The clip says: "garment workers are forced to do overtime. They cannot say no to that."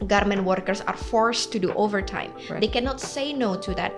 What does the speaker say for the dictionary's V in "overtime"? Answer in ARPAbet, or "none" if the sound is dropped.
V